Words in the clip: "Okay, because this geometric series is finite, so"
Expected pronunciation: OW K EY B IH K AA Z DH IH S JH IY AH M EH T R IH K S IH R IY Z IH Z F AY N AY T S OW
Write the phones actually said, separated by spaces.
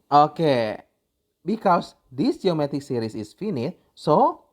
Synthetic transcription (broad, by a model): OW K EY B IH K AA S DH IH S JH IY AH M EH T IH K S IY R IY S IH S F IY N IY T S OW